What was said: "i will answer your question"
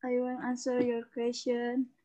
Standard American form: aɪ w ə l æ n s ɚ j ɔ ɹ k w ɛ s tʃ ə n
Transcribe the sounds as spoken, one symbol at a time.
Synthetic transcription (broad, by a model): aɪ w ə n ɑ n s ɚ j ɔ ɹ k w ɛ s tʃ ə n